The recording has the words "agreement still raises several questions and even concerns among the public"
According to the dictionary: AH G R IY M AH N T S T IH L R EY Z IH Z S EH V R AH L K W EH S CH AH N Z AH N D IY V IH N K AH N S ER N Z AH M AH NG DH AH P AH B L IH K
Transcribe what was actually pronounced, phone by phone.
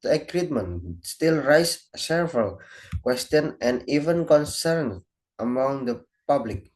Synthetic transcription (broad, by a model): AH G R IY M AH N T S T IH L R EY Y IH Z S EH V R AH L K W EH S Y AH N AH N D IY V IH N K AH N S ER N AH M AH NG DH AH P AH B L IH K